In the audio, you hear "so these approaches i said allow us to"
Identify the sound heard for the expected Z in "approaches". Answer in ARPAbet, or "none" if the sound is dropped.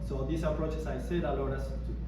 S